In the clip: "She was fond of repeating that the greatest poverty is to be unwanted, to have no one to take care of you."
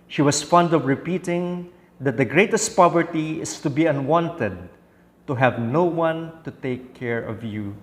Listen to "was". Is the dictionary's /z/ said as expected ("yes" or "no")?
no